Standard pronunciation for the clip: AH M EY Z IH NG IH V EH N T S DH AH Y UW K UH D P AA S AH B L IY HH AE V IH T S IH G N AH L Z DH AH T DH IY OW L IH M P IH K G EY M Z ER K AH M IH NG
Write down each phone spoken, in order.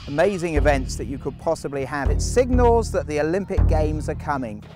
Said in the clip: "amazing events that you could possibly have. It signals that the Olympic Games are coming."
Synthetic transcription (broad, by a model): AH M EY Z IH NG IH V EH N T S DH AH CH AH K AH D P AA S AH B L IY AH V IH T S IH G N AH L Z DH AH T DH IY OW L IH M P IH K G EY M Z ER K AH M IH NG